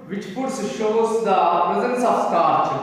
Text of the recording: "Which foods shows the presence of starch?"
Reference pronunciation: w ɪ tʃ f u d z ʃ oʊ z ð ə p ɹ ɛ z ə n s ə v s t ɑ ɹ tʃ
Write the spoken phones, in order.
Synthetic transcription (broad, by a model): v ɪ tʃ p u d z ʃ oʊ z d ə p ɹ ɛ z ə n s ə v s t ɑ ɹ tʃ